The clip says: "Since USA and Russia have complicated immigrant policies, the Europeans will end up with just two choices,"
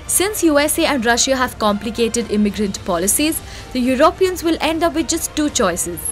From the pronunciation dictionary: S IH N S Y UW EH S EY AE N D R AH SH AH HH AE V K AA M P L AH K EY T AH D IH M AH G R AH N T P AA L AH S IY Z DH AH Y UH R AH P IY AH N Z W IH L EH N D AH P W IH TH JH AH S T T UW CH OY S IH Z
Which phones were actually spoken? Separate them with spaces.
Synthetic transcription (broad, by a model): S IH N S Y UW EH S EY AE N D R AH SH AH HH AE V K AA M P L AH K EY T AH D IH M AH G R AH N T P AA L AH S IY Z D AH Y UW R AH P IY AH N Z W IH L EH N D AH P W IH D JH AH S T T UW CH OY S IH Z